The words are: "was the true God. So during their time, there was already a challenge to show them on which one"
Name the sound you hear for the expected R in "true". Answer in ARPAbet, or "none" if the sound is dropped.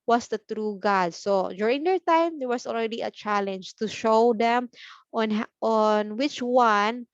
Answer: R